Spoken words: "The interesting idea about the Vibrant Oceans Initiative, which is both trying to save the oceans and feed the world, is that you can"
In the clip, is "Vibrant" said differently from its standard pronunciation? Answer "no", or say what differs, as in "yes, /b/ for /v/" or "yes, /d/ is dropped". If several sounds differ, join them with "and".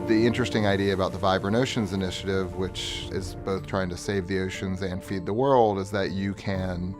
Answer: yes, /t/ is dropped